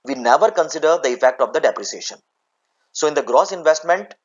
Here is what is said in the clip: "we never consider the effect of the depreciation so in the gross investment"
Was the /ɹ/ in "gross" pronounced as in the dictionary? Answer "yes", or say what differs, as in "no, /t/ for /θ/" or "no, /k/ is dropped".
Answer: yes